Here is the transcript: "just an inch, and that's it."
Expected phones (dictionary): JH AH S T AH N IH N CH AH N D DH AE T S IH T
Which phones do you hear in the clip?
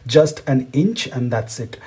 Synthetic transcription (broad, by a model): JH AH S T AH N IH N CH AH N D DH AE T S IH T